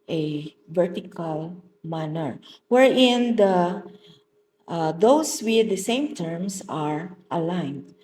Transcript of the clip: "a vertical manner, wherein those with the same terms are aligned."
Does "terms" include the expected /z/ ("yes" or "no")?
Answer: no